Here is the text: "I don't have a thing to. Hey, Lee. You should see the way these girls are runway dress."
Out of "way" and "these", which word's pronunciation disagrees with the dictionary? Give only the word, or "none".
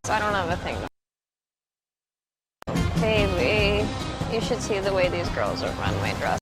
none